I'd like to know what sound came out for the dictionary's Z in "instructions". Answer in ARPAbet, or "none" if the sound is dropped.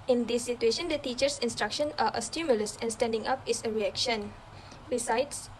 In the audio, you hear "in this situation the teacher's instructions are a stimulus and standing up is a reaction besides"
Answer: none